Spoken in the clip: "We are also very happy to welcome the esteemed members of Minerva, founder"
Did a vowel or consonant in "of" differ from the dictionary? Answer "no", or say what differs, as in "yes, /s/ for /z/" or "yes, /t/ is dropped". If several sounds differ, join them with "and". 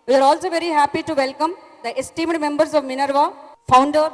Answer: no